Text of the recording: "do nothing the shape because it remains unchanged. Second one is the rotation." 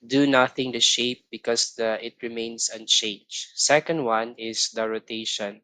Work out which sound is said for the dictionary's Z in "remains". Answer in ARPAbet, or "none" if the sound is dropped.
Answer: S